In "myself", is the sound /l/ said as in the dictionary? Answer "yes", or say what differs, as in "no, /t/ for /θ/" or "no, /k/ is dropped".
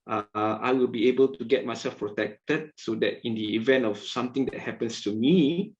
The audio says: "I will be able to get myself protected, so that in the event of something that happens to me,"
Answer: yes